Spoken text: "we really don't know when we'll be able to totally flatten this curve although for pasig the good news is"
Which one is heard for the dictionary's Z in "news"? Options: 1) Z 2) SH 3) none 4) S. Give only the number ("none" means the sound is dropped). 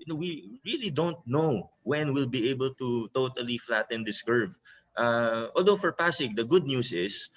4